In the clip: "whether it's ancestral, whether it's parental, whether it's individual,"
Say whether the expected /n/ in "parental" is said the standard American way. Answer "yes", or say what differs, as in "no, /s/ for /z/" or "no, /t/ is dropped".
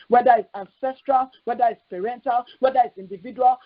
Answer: yes